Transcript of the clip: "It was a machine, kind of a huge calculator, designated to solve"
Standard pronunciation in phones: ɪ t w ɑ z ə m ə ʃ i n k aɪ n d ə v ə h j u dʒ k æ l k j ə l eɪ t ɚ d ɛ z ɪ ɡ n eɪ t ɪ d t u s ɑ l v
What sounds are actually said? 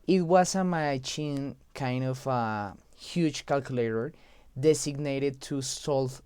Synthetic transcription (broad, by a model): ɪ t w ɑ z ə m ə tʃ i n k aɪ n d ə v ə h j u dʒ k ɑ l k j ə l eɪ t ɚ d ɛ s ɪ ɡ n eɪ t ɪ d t u s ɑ l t